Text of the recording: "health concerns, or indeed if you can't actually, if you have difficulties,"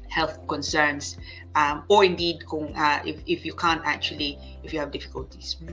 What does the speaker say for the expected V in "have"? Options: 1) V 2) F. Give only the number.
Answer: 1